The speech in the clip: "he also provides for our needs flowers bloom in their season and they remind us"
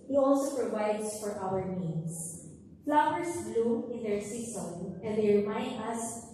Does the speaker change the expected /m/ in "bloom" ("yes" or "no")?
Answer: yes